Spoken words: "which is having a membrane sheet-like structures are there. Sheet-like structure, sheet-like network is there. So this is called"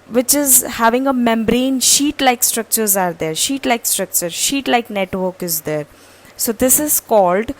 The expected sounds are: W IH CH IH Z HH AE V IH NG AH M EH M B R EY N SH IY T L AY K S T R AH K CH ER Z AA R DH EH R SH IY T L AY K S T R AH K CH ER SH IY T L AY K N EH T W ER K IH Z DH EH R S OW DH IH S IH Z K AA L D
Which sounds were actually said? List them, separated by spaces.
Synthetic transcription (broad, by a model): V IH CH IH Z HH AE V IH NG AH M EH M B R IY N SH IY T L AY K S T R AH K CH ER Z AA R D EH R SH IY T L AY K S T R AH K CH ER SH IY T L AY K N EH T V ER K IH Z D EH R S OW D IH S IH Z K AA L D